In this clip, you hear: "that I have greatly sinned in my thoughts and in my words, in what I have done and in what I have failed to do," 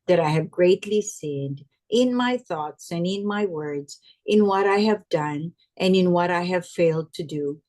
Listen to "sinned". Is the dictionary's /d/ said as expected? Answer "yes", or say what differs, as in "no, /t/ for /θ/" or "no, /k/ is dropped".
yes